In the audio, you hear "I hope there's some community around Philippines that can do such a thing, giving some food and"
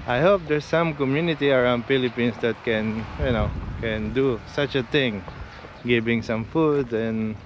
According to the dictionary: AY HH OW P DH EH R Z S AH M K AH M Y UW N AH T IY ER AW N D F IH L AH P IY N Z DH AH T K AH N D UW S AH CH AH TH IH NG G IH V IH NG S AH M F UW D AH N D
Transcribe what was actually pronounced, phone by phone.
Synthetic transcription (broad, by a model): AY HH OW P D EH R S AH M K AH M Y UW N AH T IY ER AW N D F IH L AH P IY N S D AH T K AH N D UW S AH CH AH T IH NG G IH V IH NG S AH M F UW D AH N